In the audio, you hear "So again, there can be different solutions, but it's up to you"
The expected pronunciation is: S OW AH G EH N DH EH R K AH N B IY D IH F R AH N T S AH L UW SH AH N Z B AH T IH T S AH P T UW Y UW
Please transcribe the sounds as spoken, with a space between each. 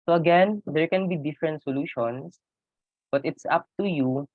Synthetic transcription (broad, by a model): S OW AH G EH N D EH R K AH N B IY D IH F R AH N T S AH L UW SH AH N S B AH T IH T S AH P T UW Y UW